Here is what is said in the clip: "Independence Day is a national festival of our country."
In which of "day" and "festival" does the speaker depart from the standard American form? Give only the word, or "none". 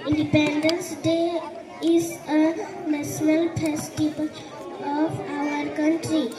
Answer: festival